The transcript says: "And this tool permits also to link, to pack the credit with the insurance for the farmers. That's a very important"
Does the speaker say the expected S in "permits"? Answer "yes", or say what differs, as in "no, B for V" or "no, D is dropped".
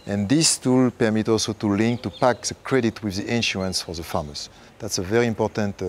no, S is dropped